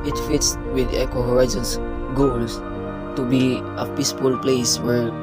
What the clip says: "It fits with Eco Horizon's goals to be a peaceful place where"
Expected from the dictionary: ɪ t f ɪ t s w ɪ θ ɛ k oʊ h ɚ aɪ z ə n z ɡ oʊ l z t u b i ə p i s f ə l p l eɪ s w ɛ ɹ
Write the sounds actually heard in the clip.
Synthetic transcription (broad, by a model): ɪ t f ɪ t s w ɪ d ɛ k oʊ h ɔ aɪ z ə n s ɡ oʊ l s t u b i ə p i s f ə l p l eɪ s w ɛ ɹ